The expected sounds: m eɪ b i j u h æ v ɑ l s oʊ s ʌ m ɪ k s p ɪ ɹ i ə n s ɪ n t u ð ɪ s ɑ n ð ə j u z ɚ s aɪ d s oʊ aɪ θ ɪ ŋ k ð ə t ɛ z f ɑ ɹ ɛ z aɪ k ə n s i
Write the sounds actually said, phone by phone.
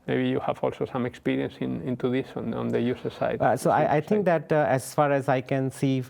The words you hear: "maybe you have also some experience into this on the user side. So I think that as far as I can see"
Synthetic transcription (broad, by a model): m eɪ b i j u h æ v ɑ l s oʊ s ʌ m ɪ k s p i ɹ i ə n s ɪ n t u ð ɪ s ɑ n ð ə j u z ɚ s aɪ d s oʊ aɪ t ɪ ŋ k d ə t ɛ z f ɑ ɹ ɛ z aɪ k ə n s i